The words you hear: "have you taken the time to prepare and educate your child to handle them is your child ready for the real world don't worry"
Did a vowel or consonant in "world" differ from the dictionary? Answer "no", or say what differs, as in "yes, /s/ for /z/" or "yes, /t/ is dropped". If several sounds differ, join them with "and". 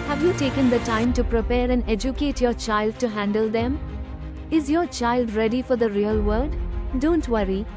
yes, /l/ is dropped